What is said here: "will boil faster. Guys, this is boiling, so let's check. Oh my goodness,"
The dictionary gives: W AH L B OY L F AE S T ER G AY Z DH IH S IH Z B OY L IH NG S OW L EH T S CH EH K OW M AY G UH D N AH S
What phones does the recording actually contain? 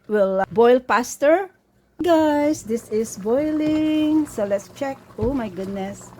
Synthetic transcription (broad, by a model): W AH L B OY L P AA S T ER G AY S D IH S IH S B OY L IH NG S OW L EH T S CH EH K OW M AY G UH D N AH S